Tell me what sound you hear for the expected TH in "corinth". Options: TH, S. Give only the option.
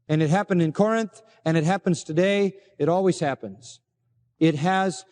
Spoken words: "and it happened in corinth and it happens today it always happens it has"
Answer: TH